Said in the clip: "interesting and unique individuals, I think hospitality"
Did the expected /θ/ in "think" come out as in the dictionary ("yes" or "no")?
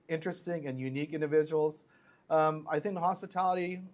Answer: yes